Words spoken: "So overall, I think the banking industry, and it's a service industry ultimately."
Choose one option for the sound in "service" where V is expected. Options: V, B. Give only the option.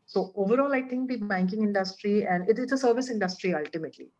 V